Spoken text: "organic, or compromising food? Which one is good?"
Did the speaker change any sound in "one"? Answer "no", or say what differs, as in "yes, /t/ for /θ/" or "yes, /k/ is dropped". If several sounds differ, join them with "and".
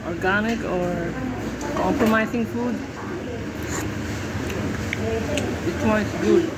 yes, /n/ is dropped